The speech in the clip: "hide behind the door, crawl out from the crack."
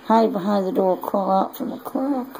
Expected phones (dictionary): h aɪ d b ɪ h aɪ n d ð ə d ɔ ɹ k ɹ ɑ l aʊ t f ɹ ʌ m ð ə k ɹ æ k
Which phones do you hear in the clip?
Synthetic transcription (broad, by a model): h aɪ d b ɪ h aɪ n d ð ə d ɔ ɹ k ɑ l aʊ t f ɹ ʌ m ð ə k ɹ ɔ